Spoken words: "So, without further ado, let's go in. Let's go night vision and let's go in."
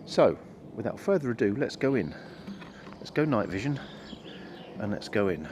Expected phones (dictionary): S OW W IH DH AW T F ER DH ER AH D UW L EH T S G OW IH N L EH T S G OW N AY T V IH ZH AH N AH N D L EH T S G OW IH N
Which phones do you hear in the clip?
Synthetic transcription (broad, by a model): S OW W IH DH AW T F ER DH ER AH D UW L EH T S G OW IH N L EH T S G OW N AY T V IH ZH AH N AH N L EH T S G OW IH N